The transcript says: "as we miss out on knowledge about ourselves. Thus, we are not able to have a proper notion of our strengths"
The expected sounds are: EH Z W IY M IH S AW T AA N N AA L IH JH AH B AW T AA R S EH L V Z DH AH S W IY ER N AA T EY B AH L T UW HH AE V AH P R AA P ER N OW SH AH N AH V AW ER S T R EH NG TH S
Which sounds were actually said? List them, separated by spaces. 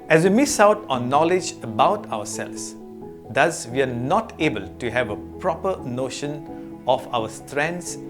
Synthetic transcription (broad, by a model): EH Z W IY M IH S AW T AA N N AA L IH JH AH B AW T AA W S EH L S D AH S W IY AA N AA T EY B AH L T UW HH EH V AH P R AA P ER N OW SH AH N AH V AW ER S T R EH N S